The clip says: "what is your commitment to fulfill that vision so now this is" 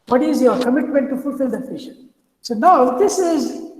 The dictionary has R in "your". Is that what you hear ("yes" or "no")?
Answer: yes